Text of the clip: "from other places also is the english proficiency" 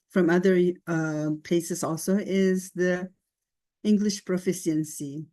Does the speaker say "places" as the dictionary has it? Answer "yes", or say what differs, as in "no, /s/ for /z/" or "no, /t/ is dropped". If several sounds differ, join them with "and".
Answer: no, /l/ is dropped